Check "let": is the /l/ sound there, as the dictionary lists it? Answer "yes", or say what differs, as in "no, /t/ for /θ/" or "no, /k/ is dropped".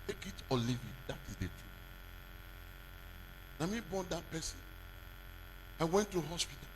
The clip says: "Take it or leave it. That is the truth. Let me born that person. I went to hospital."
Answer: no, /n/ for /l/